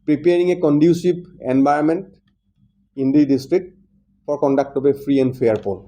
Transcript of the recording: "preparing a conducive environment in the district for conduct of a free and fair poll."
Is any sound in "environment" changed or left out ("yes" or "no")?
yes